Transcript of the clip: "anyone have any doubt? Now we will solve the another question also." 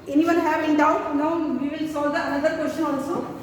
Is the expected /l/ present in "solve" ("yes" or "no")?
no